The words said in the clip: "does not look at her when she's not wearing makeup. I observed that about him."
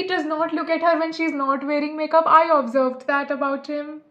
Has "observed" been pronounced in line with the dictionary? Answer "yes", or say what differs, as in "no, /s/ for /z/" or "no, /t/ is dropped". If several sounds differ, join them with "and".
yes